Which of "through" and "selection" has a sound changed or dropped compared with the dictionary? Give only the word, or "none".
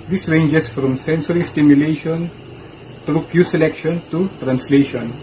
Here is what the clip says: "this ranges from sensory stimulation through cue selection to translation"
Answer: through